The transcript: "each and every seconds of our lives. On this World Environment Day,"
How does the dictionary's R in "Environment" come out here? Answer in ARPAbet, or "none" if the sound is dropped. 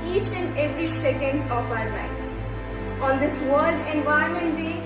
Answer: none